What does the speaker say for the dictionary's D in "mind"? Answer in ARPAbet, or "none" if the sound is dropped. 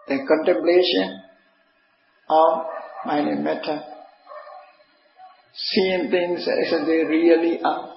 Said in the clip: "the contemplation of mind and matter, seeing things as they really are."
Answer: none